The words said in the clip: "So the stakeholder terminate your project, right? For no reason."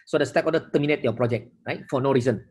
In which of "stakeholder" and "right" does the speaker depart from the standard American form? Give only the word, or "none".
stakeholder